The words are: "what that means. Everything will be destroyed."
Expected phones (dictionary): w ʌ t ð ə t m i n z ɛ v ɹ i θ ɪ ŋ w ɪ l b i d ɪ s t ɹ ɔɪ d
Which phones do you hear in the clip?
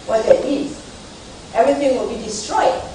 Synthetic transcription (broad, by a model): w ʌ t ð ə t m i z ɛ v ɹ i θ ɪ ŋ w ɪ l b i d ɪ s t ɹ ɔɪ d